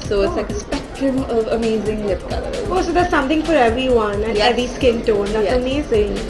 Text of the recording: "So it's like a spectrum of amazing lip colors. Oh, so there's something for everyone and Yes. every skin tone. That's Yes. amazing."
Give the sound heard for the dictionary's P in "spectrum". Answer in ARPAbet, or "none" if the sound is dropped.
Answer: P